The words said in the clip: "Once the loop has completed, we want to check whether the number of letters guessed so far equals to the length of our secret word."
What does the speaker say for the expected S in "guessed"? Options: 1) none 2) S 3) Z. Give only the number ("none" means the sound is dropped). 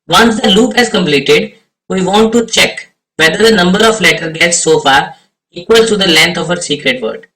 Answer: 1